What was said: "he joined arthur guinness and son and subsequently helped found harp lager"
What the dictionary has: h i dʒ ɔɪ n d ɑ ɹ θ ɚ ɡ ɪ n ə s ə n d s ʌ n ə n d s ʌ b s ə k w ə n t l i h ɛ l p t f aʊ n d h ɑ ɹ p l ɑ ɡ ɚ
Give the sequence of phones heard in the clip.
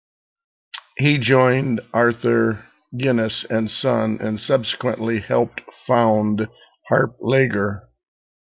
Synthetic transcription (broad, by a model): h i dʒ ɔɪ n d ɑ ɹ θ ɚ ɡ ɪ n ə s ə n s ʌ n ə n s ʌ b s ə k w ə n t l i h ɛ l p t f aʊ n d h ɑ ɹ p l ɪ ɡ ɚ